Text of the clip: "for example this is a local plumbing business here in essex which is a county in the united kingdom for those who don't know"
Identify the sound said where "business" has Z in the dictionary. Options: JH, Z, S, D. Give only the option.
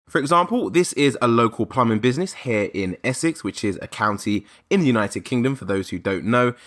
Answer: Z